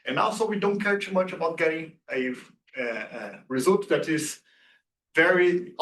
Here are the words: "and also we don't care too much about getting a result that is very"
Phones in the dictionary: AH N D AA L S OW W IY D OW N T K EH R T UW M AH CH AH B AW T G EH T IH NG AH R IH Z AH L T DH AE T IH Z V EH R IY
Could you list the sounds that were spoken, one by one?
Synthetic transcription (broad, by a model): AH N AA L S OW W IY D OW N T K EH R T UW M AH CH AH B AW T G EH T IH NG AH R IH Z AH L T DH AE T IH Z V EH R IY